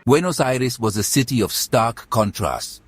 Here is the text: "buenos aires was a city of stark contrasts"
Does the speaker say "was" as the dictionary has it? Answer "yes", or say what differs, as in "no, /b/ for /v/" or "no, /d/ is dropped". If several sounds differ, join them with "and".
yes